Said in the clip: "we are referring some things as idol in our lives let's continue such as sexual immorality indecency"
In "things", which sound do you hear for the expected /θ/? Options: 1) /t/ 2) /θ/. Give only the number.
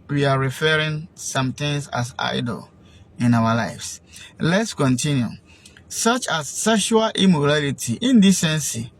1